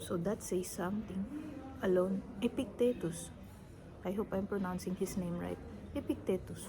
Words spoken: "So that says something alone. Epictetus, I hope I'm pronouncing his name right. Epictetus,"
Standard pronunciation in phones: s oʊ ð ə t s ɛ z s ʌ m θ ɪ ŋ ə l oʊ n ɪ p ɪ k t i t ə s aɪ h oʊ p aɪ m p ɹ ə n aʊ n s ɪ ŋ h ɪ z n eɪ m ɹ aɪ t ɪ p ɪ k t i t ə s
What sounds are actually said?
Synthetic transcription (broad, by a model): s oʊ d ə t s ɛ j s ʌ m t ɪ ŋ ə l oʊ n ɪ p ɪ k t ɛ t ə s aɪ h oʊ p aɪ m p ɹ ə n aʊ n s ɪ ŋ h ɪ s n eɪ m ɹ aɪ t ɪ p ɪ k t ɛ t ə s